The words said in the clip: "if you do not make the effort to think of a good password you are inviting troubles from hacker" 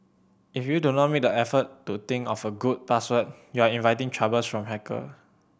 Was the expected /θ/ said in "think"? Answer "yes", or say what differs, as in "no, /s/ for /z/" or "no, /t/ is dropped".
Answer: no, /t/ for /θ/